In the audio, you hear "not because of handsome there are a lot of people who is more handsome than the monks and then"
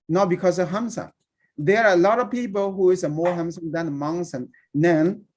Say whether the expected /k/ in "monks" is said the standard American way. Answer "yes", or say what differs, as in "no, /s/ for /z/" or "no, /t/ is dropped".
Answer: no, /k/ is dropped